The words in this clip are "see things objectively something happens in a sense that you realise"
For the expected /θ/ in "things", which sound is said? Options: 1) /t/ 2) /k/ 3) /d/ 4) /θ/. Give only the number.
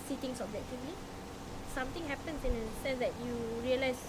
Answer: 1